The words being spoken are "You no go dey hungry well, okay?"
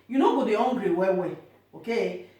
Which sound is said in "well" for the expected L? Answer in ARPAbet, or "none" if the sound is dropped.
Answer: W